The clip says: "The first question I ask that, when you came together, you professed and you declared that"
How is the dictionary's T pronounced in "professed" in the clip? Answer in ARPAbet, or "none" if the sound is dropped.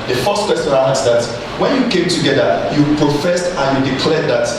T